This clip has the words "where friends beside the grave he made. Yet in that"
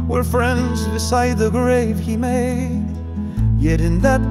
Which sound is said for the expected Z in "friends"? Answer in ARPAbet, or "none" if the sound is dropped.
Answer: Z